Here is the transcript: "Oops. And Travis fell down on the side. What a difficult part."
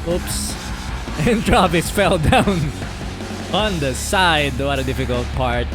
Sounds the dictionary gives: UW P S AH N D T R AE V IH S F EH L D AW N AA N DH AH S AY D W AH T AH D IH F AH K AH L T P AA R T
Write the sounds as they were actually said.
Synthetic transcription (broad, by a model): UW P S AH N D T R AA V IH S F EH L D AW N AA N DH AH S AY D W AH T AH D IH F AH K AH L T P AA R T